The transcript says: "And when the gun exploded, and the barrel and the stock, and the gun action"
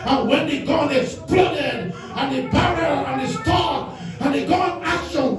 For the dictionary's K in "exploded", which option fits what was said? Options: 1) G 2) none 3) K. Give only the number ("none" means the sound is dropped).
2